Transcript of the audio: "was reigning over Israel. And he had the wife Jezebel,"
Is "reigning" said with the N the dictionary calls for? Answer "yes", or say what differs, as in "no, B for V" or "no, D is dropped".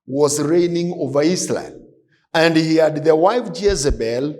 yes